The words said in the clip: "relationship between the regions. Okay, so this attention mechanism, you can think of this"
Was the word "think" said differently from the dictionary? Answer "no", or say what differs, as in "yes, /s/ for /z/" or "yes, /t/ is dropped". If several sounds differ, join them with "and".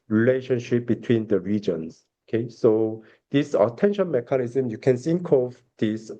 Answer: yes, /s/ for /θ/